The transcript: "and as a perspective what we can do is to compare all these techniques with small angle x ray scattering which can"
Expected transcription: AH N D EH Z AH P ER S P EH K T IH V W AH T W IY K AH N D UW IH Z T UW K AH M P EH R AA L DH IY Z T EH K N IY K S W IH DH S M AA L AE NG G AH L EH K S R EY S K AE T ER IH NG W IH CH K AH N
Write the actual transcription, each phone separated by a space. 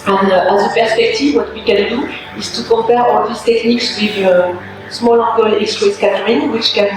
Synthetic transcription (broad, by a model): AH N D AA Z AH P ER S P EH K T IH V W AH T W IY K AH N D UW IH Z T UW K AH P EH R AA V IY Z T EH K N IY K S W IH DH S M AA L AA G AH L EH K S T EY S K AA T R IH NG W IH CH K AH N